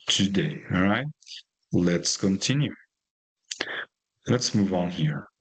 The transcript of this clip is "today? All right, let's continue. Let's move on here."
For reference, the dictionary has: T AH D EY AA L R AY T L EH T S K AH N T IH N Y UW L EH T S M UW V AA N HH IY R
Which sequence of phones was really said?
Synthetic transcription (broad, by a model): T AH D EY AA L R AY T L EH T S K AH N T IH N Y UW L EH T S M UW V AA N HH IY R